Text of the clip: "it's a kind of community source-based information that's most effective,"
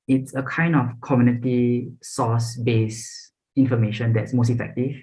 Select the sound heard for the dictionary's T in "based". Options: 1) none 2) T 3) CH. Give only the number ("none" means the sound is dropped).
1